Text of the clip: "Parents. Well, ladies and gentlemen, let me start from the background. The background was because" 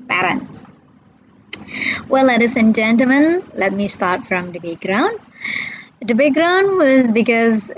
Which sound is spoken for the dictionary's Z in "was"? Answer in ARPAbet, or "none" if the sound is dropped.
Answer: Z